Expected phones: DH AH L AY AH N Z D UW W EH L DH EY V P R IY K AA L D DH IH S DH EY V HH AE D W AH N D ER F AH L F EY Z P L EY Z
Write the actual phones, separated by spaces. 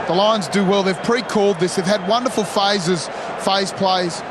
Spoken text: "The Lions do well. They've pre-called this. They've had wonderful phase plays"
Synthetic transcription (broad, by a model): DH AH L AY AH N Z D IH W EH L DH EY V P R IY K AA L D DH IH S DH EY V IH D W AH N D ER F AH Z F EY Z P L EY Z